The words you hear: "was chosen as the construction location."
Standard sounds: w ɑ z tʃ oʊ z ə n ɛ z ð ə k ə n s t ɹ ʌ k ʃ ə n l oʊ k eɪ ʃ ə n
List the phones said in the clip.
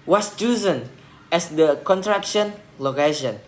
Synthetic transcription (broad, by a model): w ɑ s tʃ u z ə n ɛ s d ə k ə n t ɹ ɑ k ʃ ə n l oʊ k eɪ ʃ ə n